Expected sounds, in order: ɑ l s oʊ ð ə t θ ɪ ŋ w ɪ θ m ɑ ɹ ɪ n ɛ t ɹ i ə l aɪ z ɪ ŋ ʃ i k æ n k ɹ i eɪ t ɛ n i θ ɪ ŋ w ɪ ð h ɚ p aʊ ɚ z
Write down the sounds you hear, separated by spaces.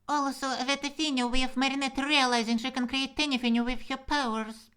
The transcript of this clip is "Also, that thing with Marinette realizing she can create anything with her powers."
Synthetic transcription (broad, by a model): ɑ l s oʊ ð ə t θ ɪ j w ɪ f m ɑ ɹ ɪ n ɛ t ɹ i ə l aɪ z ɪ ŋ ʃ i k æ n k ɹ i eɪ t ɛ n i f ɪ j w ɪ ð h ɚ p aʊ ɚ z